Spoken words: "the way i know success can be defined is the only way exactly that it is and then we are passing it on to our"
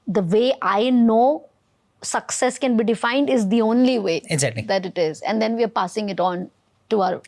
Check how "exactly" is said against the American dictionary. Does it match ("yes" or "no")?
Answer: no